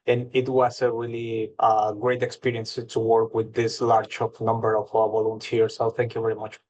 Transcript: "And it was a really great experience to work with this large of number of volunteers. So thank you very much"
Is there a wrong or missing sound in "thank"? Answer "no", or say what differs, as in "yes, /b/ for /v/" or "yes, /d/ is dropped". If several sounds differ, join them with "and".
no